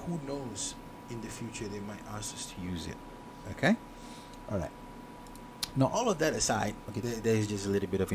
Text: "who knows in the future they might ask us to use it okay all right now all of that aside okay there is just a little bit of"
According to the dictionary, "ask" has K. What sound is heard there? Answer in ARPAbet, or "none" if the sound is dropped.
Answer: none